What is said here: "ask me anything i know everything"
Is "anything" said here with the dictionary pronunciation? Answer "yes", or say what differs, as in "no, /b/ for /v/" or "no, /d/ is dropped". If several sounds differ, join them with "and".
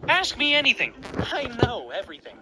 yes